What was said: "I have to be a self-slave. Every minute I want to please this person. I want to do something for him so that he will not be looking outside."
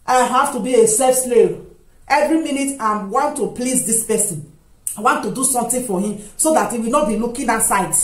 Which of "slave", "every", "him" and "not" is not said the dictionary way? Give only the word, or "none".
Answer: slave